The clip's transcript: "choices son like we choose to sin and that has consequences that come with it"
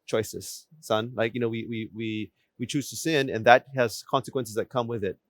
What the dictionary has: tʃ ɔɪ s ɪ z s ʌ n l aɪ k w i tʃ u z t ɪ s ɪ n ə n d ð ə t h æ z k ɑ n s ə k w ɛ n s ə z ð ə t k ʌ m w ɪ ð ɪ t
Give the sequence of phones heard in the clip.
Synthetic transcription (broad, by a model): tʃ ɔɪ s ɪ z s ʌ n l aɪ k w i tʃ u z t ɪ s ɪ n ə n ð ə t h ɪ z k ɑ n s ə k w ɛ n s ə z ð ə t k ʌ m w ɪ ð ɪ t